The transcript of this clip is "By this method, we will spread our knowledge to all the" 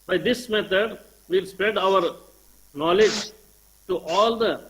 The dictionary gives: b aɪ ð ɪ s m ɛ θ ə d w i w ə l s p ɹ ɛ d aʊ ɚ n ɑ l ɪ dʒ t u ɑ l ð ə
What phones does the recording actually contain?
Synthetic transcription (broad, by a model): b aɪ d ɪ s m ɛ t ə d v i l s p ɹ ɛ d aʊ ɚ n ɑ l ɪ dʒ t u ɑ l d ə